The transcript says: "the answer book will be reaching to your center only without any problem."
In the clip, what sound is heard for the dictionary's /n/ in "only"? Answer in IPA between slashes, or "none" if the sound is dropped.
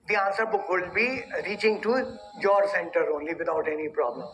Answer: /n/